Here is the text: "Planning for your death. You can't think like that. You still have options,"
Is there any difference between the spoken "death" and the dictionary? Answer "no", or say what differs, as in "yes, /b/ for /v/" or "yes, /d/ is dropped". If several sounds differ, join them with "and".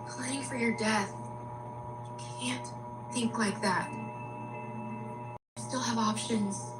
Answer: no